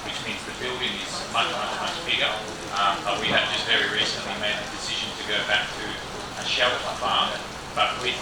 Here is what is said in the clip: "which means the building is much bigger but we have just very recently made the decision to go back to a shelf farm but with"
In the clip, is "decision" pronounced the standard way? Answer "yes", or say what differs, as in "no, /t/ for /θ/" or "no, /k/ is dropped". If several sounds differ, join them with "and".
yes